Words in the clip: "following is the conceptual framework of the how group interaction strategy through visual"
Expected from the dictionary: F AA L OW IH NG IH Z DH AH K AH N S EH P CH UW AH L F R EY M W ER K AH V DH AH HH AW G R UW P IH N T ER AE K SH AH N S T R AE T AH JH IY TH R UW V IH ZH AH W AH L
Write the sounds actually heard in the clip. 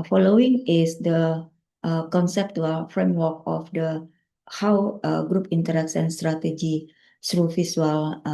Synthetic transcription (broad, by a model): F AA L OW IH NG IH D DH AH K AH N S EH P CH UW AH L F R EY M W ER K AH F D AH HH AW G R UW P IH N T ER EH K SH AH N S T R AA T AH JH IY S R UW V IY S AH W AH L